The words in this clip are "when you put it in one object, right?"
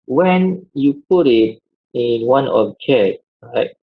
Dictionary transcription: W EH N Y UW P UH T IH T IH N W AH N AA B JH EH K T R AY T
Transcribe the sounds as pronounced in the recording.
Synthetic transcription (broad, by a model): W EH N Y UW P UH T IH T IH N W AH N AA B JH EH T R AY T